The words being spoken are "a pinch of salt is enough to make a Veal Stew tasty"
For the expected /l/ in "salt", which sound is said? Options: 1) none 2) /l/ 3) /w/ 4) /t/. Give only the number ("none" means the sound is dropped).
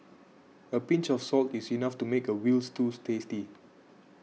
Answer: 2